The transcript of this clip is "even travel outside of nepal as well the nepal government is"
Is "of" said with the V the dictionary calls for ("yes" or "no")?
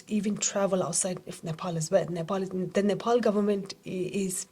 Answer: no